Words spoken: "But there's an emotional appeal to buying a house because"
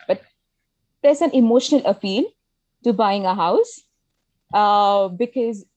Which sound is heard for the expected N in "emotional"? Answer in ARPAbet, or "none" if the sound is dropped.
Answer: N